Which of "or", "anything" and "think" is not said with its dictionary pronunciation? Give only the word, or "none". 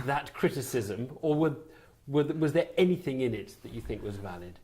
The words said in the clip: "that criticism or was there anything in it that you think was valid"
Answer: or